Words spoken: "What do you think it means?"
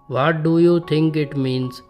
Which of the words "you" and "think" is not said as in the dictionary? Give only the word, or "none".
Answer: think